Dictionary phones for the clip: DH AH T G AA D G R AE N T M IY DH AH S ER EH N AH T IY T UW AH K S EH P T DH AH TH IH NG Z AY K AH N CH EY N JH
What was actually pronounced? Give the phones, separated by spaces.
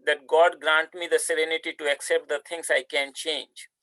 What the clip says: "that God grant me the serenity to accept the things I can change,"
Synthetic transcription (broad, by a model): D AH T G AA D G R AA N T M IY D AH S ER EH N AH T IY T UW AH K S EH P T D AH T IH NG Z AY K AH N CH EY N JH